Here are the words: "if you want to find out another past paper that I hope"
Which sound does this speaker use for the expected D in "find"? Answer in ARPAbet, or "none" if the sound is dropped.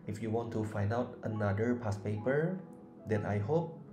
D